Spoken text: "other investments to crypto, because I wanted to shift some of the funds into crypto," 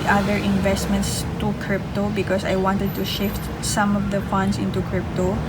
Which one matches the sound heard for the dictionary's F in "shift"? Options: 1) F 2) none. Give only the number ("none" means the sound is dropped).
1